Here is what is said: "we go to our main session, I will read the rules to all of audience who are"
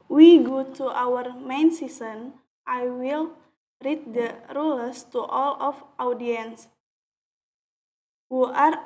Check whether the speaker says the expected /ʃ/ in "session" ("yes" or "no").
no